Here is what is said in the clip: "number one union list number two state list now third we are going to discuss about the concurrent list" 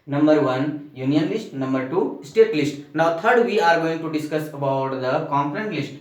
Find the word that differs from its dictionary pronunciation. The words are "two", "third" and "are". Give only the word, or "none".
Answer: third